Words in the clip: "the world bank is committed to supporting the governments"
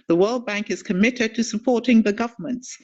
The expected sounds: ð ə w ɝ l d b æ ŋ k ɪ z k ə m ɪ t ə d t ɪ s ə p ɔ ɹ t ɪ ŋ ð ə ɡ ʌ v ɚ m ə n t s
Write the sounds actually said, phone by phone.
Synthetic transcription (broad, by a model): ð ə w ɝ l d b æ ŋ k ɪ z k ə m ɪ t ə d t ɪ s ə p ɔ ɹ t ɪ ŋ ð ə ɡ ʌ v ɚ m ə n t s